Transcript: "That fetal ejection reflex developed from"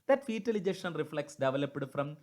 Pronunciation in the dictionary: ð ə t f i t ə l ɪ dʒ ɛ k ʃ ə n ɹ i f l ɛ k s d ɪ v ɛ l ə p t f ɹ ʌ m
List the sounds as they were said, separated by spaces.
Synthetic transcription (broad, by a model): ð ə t f i t ə l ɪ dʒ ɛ ʃ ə n ɹ i f l ɛ k s d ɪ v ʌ l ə p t f ɹ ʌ m